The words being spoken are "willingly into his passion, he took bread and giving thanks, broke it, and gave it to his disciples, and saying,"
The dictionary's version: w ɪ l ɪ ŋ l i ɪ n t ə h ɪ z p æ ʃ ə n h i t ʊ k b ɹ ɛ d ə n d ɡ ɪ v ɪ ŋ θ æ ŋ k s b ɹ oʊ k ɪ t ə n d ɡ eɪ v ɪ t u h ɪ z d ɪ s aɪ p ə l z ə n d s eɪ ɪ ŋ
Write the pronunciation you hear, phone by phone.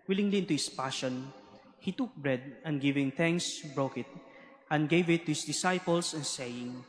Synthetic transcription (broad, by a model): w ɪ l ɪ ŋ l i ɪ n t ə h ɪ s p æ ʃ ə n h i t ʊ k b ɹ ɛ d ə n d ɡ ɪ v ɪ ŋ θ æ ŋ k s b ɹ oʊ k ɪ t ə n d ɡ eɪ v ɪ t u h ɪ s d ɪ s aɪ p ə l s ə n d s eɪ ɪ ŋ